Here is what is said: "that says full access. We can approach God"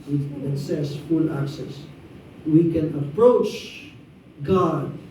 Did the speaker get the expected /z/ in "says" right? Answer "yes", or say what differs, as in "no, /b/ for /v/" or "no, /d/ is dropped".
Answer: no, /s/ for /z/